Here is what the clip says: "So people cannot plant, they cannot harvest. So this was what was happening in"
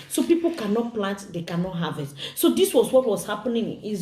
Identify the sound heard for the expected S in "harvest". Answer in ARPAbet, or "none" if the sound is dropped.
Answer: none